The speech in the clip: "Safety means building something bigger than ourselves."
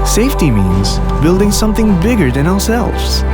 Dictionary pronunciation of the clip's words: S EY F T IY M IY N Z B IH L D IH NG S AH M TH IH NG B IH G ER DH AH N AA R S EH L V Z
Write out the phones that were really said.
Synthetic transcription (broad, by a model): S EY F T IY M IY N Z B IH L D IH NG S AH M TH IH NG B IH G ER DH AH N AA R S EH L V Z